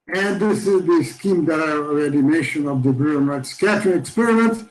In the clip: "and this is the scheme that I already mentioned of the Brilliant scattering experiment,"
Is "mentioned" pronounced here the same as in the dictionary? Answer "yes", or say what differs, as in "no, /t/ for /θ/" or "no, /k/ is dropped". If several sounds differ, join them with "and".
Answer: no, /n/ is dropped and /d/ is dropped